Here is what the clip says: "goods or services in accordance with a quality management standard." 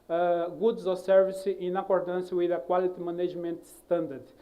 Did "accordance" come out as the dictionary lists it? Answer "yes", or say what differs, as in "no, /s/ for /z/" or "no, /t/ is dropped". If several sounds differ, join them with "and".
yes